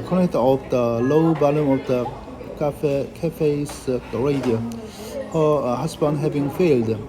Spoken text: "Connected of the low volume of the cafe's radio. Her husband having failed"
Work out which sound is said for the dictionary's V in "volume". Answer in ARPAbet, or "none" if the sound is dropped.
B